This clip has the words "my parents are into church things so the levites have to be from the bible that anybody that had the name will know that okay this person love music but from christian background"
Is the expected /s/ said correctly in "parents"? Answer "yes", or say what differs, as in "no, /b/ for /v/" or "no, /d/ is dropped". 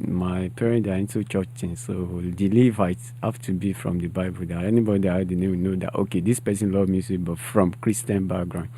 no, /s/ is dropped